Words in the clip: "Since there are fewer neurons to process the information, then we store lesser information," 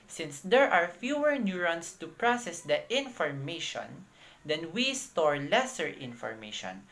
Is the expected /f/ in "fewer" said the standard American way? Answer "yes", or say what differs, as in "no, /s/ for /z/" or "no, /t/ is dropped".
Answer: yes